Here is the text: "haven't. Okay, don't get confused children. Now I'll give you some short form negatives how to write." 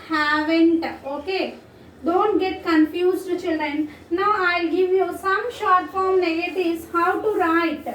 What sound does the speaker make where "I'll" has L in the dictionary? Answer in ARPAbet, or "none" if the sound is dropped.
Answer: L